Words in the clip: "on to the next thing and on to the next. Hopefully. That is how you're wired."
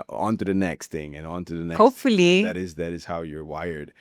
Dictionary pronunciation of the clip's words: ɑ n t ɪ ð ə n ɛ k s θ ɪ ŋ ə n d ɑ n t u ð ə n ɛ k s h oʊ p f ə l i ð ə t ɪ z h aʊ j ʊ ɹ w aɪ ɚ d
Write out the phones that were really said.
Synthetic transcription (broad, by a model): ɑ n t ɪ ð ə n ɛ k s θ ɪ ŋ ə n ɑ n t u ð ə n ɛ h oʊ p f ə l i ð ə t ɪ z h aʊ j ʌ ɹ w aɪ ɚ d